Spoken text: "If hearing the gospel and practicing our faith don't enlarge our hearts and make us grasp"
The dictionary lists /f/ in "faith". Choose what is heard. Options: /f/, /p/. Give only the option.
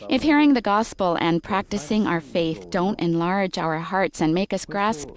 /f/